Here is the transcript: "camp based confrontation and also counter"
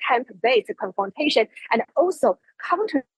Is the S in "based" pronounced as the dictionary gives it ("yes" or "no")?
no